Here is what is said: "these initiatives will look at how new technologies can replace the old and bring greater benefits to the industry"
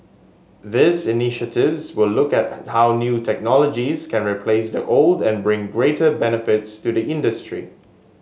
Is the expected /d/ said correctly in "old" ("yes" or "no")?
yes